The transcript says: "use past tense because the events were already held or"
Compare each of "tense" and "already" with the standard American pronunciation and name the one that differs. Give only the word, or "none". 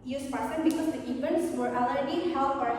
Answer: tense